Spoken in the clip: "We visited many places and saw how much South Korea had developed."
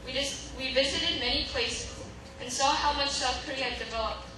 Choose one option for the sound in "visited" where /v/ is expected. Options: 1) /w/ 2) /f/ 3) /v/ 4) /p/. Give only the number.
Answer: 3